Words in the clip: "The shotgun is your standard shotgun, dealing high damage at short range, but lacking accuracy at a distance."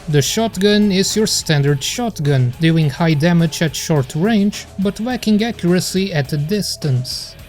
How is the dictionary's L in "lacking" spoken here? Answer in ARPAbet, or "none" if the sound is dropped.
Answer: W